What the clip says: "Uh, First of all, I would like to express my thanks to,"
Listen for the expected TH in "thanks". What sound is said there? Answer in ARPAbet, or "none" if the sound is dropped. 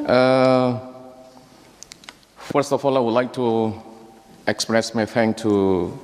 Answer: F